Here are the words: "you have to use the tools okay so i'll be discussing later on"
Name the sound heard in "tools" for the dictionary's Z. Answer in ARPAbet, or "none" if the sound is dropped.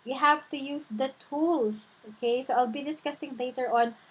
S